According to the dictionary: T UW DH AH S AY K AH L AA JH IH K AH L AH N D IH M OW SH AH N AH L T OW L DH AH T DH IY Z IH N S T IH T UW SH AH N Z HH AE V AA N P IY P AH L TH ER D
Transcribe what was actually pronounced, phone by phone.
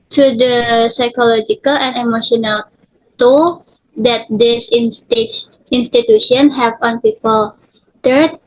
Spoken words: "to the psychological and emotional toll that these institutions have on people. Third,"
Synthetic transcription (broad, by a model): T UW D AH S AY K AH L AA JH IH K AH L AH N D IH M OW SH AH N AH L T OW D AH T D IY S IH N S T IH T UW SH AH N HH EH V AA N P IY P AH L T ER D